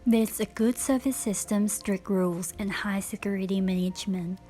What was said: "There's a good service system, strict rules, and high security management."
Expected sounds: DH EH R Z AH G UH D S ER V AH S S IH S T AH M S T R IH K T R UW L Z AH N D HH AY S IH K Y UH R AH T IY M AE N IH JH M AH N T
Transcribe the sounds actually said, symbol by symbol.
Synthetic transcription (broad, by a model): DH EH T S AH G UH D S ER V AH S S IH S T AH M S T R IH K T R UW L Z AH N HH AY S IH K Y UH R AH T IY M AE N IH JH M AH N T